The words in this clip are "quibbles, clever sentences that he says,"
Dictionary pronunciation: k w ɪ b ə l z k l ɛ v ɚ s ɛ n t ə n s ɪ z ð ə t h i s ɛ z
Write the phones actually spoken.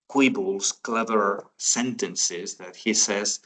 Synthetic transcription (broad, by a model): k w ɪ b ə l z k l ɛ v ɚ s ɛ n t ə n s ɪ z ð ə t h i s ɛ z